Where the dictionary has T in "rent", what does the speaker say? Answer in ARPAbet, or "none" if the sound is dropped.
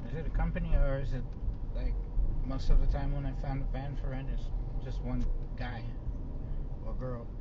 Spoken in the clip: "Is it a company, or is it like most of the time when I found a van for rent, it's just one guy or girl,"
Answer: none